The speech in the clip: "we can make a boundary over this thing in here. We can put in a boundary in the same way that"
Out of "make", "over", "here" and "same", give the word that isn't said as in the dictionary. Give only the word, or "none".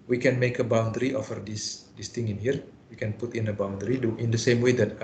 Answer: over